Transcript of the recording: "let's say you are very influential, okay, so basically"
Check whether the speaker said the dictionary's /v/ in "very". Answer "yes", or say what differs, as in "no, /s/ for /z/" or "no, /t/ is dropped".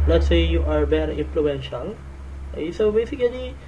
no, /b/ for /v/